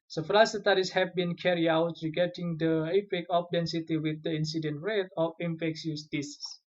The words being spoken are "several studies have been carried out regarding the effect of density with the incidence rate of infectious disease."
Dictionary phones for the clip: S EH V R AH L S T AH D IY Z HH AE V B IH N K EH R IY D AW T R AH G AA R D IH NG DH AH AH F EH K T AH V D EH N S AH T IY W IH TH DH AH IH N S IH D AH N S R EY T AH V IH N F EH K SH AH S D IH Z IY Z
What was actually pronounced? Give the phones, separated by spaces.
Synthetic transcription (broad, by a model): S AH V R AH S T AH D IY S HH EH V B IH N K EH R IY AW T R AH G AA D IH NG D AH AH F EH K AH F D EH N S AH T IY W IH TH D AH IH N S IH D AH N R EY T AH F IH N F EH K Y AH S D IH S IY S